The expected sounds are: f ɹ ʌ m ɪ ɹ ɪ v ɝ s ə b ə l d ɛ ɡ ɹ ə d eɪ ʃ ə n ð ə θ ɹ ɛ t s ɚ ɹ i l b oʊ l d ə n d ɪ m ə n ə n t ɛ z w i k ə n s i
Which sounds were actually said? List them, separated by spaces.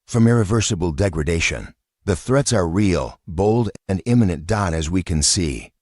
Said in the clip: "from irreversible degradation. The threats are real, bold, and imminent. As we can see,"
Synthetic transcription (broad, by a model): f ɹ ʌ m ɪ ɹ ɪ v ɝ s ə b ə l d ɛ ɡ ɹ ə d eɪ ʃ ə n ð ə θ ɹ ɛ t s ɚ ɹ i l b oʊ l d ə n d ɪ m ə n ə n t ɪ z w i k ə n s i